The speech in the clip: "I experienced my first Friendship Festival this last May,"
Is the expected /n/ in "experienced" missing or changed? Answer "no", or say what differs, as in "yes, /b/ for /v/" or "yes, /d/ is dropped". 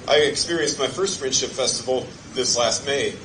no